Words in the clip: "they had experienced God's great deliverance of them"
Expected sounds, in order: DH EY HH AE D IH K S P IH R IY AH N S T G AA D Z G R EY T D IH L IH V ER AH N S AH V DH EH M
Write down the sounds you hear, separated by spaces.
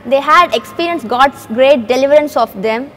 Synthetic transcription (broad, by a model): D EY HH AE D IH K S P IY R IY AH N S G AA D S G R EY T D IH L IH V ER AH N S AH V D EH M